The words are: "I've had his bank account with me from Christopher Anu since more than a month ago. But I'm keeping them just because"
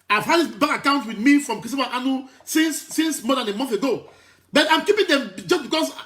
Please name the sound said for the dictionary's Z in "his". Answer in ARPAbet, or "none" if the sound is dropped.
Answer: S